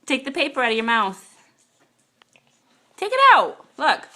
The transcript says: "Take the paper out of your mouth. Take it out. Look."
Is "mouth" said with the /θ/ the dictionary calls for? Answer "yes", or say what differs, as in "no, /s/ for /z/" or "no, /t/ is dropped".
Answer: yes